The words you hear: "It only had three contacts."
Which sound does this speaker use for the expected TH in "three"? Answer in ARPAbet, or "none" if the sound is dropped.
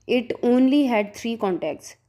T